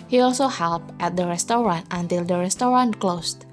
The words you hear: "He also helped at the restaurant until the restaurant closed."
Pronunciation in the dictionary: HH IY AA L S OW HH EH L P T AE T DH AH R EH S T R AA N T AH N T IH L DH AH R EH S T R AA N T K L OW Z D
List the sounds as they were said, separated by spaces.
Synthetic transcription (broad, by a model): HH IY AA L S OW HH EH L P T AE T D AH R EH S T R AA N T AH N T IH L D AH R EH S T R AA N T K L OW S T